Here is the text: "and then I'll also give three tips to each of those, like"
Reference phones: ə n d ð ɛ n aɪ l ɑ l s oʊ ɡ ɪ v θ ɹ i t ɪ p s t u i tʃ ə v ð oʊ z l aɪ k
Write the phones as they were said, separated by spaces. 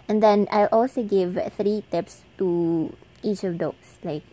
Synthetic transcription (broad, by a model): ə n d ɛ n aɪ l ɑ l s oʊ ɡ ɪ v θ ɹ i t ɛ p s t u i tʃ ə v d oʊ s l aɪ k